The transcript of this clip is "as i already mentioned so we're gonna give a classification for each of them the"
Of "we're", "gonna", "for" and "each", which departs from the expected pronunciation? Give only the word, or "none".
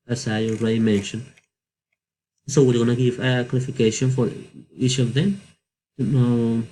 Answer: we're